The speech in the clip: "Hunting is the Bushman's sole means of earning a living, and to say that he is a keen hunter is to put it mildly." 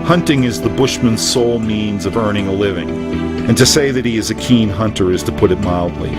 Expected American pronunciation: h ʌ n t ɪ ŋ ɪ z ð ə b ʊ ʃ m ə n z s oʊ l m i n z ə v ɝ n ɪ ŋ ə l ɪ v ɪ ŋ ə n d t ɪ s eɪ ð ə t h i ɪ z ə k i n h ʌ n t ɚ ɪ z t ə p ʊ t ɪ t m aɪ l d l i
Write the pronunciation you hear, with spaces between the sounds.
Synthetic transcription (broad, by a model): h ʌ n t ɪ ŋ ɪ z ð ə b ʊ ʃ m ə n z s oʊ l m i n z ə v ɝ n ɪ ŋ ə l ɪ v ɪ ŋ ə n t ɪ s eɪ ð ə t h i ɪ z ə k i n h ʌ n t ɚ ɪ z t ə p ʊ t ɪ t m aɪ l d l i